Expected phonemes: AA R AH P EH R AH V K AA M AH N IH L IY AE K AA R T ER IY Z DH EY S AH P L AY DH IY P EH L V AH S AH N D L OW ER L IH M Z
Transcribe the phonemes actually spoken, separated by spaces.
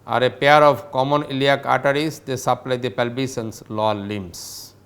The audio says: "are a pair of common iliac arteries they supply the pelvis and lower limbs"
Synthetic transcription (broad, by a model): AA R AH P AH R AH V K AA M AH N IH L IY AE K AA T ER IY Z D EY S AH P L AY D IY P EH L B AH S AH N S L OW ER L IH M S